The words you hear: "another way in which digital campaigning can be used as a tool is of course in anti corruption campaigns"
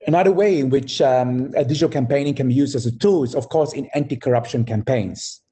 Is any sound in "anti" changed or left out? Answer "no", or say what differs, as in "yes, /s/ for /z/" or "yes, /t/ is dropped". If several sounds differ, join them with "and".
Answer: no